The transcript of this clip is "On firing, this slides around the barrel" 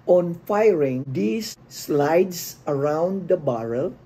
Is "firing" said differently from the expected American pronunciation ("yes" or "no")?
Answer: no